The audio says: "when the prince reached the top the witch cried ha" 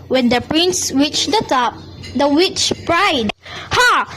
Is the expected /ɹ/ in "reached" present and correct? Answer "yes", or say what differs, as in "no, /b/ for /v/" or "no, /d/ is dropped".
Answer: no, /w/ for /ɹ/